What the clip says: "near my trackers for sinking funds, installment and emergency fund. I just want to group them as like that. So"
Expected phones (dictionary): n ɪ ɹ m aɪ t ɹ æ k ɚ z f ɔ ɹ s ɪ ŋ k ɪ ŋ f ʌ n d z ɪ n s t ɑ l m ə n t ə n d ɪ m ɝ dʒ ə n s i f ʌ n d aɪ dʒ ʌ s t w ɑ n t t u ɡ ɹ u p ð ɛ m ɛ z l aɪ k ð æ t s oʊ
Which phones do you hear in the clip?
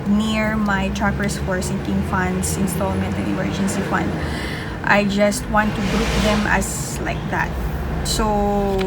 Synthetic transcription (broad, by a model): n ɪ ɹ m aɪ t ɹ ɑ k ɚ s f ɔ ɹ s ɪ ŋ k ɪ ŋ f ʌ n d s ɪ n s t ɑ l m ə n t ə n ɪ m ɝ dʒ ə n s i f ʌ n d aɪ dʒ ʌ s t w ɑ n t t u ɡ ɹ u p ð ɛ m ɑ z l aɪ k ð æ t s oʊ